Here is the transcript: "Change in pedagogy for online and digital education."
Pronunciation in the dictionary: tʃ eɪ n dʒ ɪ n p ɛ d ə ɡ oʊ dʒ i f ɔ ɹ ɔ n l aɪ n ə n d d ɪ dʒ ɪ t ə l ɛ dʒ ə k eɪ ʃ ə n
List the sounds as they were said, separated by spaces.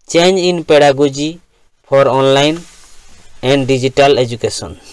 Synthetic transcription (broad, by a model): tʃ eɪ n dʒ ɪ n p ɛ d ə ɡ oʊ dʒ i p ɔ ɹ ɔ n l aɪ n ə n d d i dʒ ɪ t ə l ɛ dʒ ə k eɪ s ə n